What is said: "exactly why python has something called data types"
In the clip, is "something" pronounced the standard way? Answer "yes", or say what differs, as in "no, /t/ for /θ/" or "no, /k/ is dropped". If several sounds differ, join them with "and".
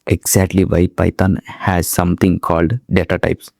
no, /t/ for /θ/